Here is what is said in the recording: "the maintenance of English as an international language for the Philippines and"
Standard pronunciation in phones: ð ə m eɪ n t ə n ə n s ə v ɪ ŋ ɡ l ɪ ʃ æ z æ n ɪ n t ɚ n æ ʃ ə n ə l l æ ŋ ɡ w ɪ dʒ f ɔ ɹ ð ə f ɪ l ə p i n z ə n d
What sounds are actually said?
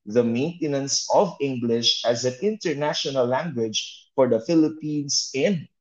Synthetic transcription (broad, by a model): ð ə m eɪ n t ə n ə n s ə v ɪ ŋ ɡ l ɪ ʃ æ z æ n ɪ n t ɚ n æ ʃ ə n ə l l æ ŋ ɡ w ɪ dʒ f ɔ ɹ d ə f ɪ l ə p i n s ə n